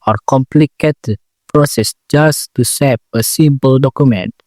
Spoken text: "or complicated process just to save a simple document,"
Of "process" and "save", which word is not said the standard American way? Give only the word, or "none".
save